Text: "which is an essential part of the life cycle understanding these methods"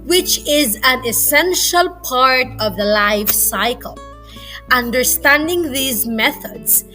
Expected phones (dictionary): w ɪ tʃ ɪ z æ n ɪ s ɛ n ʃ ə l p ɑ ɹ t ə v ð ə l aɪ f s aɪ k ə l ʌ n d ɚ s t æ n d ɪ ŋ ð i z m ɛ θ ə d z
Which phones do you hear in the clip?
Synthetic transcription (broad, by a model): w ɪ tʃ ɪ z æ n ɪ s ɛ n ʃ ə l p ɑ ɹ t ə v ð ə l aɪ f s aɪ k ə l ʌ n d ɚ s t æ n d ɪ ŋ ð i z m ɛ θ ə d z